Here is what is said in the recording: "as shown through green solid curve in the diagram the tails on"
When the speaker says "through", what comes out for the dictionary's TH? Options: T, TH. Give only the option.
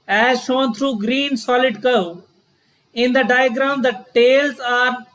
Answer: T